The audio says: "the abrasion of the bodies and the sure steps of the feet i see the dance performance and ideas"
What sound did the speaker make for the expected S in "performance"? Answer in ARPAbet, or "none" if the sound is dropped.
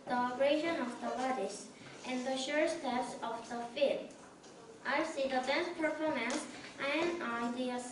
S